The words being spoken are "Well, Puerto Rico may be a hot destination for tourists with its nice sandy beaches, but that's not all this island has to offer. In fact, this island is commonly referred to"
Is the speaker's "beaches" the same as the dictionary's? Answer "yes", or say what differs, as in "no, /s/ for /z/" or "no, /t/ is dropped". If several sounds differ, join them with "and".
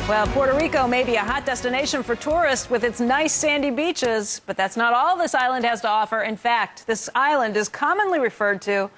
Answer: yes